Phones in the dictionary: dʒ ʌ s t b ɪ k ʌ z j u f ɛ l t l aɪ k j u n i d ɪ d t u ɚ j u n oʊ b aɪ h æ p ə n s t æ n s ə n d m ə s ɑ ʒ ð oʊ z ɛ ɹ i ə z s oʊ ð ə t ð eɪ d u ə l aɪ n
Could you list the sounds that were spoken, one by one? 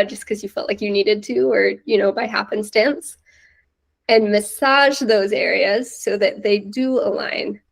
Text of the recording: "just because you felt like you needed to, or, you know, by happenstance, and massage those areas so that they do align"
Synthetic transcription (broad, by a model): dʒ ʌ s k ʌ z j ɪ f ɛ l t l aɪ k j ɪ n i d ɪ d t u ɚ j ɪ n oʊ b aɪ h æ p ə n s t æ n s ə n m ə s ɑ ʒ ð oʊ z ɛ ɹ i ə z s oʊ ð ə t ð eɪ d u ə l aɪ n